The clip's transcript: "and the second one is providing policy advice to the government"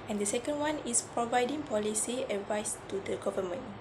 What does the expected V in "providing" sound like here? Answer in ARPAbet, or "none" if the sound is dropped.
V